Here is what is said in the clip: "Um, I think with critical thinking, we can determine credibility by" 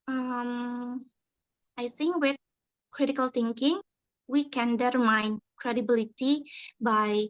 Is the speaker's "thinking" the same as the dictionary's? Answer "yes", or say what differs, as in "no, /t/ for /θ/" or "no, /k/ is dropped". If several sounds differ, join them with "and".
no, /t/ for /θ/